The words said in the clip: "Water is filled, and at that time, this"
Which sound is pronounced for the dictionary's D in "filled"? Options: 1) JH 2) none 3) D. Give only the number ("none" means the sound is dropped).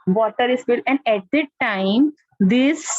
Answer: 2